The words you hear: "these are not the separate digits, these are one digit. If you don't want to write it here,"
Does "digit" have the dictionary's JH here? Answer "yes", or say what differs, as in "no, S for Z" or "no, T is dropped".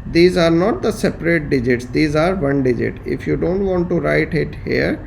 yes